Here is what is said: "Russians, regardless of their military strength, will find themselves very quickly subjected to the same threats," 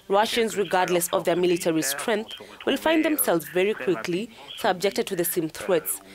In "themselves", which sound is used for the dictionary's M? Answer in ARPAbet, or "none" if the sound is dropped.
M